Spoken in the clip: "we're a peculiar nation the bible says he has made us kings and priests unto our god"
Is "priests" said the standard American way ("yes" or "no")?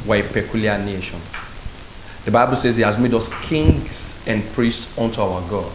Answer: yes